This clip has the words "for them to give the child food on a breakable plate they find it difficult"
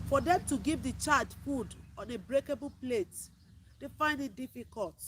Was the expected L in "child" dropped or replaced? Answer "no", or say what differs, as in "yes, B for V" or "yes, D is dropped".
yes, L is dropped